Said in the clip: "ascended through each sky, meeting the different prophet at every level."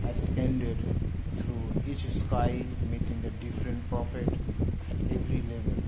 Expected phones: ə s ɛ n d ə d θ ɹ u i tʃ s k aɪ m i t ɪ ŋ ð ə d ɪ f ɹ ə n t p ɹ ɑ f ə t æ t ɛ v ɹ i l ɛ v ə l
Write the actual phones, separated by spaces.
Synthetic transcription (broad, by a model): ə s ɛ n d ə d t ɹ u i tʃ s k aɪ m i t ɪ ŋ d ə d ɪ f ɹ ə n t p ɹ ɑ f ə t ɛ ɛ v ɹ i l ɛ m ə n